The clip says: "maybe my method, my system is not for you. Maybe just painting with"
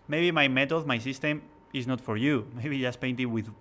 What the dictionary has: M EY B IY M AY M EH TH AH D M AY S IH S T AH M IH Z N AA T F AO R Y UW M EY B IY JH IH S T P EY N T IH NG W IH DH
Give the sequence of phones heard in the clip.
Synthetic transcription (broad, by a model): M EY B IY M AY M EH T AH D M AY S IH S T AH M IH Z N AA T F AO R Y UW M EY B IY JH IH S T P EY N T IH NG W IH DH